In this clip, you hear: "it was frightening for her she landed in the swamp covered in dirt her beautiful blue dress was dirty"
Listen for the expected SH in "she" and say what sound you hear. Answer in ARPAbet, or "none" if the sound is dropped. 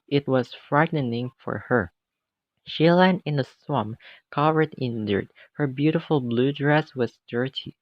SH